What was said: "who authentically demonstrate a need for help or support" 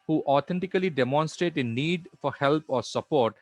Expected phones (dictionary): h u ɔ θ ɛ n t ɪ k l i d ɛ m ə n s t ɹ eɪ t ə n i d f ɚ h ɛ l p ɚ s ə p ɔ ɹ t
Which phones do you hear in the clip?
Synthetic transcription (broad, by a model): h u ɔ t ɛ n t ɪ k l i d ɛ m ə n s t ɹ eɪ t ə n i d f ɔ h ɛ l p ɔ s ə p ɔ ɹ t